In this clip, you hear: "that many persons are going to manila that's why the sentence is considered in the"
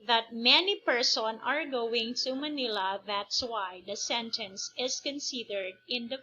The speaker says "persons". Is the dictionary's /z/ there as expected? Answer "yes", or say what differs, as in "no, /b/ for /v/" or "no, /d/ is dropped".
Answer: no, /z/ is dropped